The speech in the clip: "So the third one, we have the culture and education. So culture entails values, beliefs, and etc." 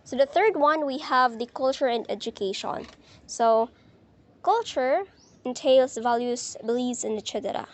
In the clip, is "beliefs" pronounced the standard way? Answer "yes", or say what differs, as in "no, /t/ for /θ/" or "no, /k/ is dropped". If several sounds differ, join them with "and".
no, /f/ is dropped